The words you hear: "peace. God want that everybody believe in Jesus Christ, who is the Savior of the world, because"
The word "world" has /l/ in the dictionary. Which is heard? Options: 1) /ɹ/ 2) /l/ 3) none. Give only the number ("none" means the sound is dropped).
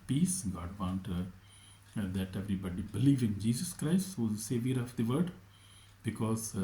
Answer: 3